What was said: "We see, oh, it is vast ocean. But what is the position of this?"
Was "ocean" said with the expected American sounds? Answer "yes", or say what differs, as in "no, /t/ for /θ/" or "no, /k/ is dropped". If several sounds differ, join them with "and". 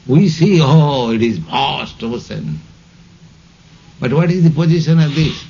no, /s/ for /ʃ/